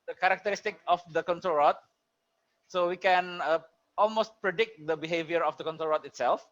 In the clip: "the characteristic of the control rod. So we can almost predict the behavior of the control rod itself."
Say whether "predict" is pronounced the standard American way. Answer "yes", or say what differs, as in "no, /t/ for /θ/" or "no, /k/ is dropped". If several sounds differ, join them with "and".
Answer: yes